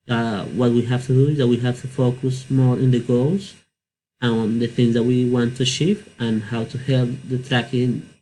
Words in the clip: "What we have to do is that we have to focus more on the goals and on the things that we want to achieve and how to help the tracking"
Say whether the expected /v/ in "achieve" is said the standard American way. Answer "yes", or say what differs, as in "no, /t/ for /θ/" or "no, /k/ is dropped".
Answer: no, /f/ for /v/